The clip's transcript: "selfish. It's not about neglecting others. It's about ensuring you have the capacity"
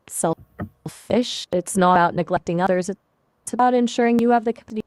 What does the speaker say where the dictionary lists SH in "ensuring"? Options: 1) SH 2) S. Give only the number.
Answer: 1